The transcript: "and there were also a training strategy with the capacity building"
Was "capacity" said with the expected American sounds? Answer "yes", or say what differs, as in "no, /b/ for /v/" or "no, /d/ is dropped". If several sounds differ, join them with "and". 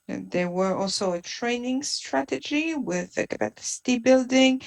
no, /b/ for /p/